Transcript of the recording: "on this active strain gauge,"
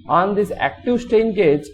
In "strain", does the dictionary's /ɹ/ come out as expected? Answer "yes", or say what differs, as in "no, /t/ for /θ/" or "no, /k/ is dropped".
no, /ɹ/ is dropped